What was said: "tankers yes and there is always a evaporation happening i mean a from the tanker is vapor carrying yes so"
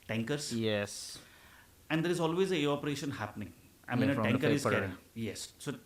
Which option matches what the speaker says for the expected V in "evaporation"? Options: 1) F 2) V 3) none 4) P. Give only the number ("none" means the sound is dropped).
3